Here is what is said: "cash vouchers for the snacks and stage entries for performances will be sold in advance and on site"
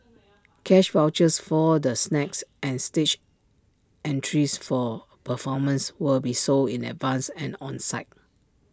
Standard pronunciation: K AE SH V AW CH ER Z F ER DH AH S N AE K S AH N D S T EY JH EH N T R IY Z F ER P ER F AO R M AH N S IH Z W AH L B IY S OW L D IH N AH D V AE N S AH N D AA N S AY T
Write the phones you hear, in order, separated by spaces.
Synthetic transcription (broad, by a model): K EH SH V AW CH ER S F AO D AH S N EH K S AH N S T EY CH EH N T R IY S F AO P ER F AO M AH N S W AH L B IY S OW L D IH N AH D V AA N S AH N AA N S AY T